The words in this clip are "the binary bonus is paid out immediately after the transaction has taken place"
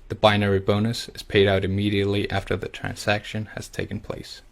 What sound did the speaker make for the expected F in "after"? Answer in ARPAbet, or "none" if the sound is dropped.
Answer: F